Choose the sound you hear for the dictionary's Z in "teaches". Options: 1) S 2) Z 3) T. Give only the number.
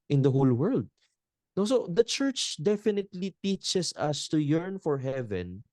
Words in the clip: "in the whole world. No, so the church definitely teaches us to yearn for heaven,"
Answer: 1